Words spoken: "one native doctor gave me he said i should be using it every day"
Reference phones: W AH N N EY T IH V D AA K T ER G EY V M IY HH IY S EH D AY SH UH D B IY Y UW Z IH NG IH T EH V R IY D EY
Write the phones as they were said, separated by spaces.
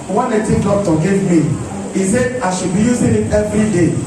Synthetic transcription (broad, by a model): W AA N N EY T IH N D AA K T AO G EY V M IY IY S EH AY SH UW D B IY Y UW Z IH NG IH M EH V R IY D EY